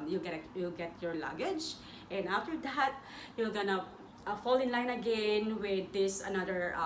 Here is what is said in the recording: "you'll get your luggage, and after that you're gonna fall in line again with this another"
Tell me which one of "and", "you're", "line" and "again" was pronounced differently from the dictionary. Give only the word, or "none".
you're